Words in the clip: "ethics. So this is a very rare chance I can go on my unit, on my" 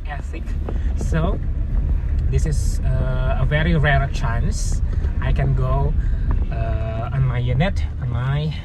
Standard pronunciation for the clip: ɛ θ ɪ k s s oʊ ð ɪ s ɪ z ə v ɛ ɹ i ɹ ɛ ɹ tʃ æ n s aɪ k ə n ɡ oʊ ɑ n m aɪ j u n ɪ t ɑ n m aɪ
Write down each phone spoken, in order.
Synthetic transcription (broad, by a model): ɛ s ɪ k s s oʊ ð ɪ s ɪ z ə v ɛ ɹ i ɹ ɛ ɹ tʃ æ n s aɪ k ə n ɡ oʊ ɑ n m aɪ j u n ɪ t ɑ n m aɪ